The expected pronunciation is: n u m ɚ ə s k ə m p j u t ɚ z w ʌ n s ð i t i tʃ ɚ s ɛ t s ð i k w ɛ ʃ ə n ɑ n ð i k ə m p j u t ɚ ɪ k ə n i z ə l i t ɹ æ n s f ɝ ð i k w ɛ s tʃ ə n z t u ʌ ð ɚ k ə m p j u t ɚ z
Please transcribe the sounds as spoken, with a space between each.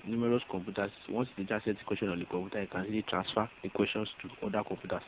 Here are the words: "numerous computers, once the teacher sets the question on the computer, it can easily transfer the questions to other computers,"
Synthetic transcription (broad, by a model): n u m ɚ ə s k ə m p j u t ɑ s w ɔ s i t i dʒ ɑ s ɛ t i k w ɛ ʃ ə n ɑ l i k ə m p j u t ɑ ɪ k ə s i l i t ɹ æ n s f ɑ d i k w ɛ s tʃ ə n s t u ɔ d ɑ k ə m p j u t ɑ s